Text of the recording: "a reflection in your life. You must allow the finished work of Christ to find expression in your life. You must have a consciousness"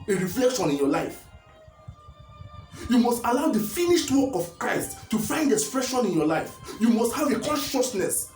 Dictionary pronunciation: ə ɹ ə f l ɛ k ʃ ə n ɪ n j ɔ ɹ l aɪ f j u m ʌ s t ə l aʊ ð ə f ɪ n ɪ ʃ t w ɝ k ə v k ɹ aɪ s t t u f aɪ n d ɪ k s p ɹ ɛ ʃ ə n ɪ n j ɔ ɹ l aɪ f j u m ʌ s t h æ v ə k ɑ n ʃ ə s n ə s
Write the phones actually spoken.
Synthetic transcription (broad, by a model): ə ɹ ə f l ɛ k ʃ ə n ɪ n j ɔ l aɪ f j u m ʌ s t ə l aʊ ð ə f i n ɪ ʃ t w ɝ k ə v k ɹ aɪ s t t u f aɪ n d ɪ k s p ɹ ɛ ʃ ə n ɪ n j ɔ l aɪ f j u m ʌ s t h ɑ v ə k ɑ n ʃ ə s n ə s